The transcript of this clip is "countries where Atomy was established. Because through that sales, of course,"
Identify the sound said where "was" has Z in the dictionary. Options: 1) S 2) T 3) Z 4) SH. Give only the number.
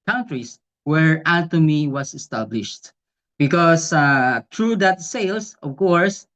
1